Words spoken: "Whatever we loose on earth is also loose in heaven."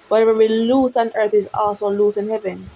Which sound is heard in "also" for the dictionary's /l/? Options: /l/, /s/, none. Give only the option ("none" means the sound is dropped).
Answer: none